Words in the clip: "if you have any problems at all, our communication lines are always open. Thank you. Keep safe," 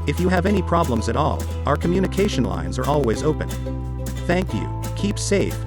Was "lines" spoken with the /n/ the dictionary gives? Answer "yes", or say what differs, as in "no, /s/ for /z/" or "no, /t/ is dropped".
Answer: yes